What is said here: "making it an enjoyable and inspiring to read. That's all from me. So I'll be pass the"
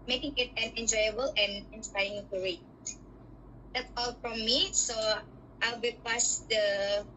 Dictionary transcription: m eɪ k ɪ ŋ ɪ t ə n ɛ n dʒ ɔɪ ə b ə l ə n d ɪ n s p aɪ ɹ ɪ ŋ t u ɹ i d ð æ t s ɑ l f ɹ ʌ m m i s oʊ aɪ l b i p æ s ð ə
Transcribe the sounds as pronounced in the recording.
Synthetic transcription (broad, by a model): m eɪ k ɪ ŋ ɪ t ə n ɛ n dʒ ɔɪ ə b ə l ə n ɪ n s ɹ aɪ ɪ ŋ t u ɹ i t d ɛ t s ɑ l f ɹ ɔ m m i s oʊ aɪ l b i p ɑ s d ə